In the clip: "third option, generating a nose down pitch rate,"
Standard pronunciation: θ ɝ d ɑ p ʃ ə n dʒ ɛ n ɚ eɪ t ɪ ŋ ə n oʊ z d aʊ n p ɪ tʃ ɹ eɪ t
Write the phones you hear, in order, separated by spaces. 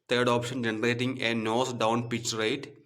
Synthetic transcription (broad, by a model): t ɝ d ɑ p ʃ ə n dʒ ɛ n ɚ eɪ t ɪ ŋ ə n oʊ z d aʊ n p ɪ tʃ ɹ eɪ t